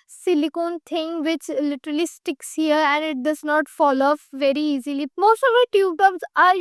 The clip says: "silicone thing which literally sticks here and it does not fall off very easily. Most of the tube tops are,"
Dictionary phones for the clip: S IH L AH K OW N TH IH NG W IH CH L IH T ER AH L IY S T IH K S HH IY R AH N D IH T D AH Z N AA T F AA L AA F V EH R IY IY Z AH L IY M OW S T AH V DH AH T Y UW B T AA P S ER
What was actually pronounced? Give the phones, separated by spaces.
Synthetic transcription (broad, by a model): S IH L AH K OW N T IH NG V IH CH L IH T ER AH L IY S T IH K S HH IY R AH N D IH T D AH Z N AA T F AA L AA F V EH R IY IY Z AH L IY M OW S T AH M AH T Y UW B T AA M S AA